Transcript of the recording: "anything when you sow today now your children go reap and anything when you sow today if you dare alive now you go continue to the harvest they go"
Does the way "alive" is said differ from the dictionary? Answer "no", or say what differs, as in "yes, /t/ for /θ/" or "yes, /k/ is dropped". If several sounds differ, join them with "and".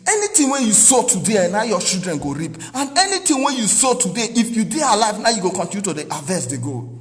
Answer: no